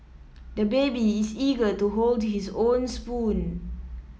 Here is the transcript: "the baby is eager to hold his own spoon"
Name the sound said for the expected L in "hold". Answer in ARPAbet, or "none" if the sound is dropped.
L